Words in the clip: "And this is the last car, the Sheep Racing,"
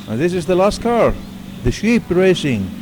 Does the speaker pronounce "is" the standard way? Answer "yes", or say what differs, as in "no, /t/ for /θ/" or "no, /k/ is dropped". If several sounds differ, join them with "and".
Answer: yes